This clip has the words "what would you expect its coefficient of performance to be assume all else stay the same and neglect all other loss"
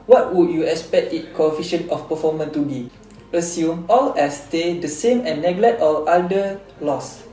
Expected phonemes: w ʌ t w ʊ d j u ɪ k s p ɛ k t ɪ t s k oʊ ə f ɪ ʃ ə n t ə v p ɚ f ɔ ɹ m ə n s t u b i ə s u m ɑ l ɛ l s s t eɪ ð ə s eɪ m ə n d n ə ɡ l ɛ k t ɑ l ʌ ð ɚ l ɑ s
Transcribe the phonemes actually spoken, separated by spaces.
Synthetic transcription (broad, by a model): w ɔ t w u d j u ɪ k s p ɛ k t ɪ t k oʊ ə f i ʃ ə n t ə f p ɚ f ɔ m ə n t u b i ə s u m ɑ l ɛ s s t eɪ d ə s eɪ m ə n n ə ɡ l ɛ k t ɑ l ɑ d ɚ l ɑ s